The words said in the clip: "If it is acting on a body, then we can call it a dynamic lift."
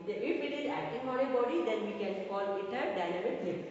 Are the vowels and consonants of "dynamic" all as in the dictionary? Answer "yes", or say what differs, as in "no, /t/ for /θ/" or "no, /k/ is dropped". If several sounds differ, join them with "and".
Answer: no, /l/ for /n/